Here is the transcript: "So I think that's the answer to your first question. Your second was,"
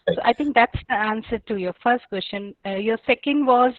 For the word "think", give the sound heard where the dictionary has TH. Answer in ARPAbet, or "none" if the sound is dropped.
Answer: T